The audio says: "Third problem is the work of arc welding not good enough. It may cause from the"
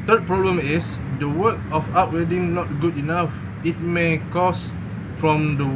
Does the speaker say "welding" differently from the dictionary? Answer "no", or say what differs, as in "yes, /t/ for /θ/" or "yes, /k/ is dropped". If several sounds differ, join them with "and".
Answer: yes, /l/ is dropped